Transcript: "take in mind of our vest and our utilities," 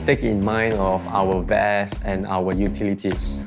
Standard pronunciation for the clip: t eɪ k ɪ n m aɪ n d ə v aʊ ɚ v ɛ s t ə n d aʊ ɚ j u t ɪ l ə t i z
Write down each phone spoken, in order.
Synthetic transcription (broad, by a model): t eɪ k ɪ n m aɪ n d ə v aʊ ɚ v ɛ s ə n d aʊ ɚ j u t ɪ l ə t i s